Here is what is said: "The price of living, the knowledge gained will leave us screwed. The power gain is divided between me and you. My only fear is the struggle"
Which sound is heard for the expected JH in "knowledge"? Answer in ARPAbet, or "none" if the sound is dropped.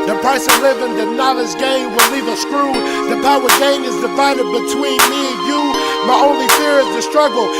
Z